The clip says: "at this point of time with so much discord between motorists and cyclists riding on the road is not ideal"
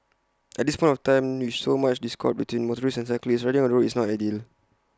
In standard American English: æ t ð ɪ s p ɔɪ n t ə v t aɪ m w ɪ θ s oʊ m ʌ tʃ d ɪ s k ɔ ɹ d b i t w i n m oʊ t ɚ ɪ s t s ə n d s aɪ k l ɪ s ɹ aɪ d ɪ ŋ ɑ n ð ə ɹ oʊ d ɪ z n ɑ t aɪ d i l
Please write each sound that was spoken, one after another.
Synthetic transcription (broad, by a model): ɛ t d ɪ s p ɔɪ n t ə f t aɪ m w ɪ s oʊ m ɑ tʃ d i s k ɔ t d b i t w i n m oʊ t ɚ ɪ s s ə n s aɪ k l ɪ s ɹ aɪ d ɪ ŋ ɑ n ɹ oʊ ɪ s n ɑ t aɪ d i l